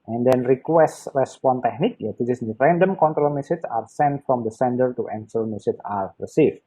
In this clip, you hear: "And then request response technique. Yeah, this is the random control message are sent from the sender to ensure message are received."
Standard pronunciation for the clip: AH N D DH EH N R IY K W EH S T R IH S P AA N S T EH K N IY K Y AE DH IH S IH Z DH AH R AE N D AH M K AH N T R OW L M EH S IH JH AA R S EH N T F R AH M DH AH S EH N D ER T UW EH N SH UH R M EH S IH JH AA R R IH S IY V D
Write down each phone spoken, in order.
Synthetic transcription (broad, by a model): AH N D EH N R IY K W EH S T R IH S P AA N T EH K N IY K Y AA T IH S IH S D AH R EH N D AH M K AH N T R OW L M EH S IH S AA R S EH N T F R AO M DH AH S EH N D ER T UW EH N S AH L M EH S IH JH AA R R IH S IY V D